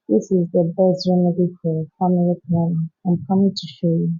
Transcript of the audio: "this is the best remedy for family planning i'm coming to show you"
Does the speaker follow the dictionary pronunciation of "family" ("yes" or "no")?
no